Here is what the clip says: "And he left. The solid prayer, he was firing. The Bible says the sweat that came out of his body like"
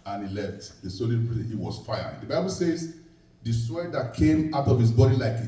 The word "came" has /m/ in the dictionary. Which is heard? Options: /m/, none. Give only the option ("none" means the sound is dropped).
/m/